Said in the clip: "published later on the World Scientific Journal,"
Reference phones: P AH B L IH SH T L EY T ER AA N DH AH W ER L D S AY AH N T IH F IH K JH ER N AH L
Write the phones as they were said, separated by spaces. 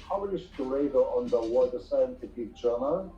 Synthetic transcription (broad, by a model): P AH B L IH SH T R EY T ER AA N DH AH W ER D S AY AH N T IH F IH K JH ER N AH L